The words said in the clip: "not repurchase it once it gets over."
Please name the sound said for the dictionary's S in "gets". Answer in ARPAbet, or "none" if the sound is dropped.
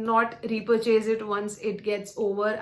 S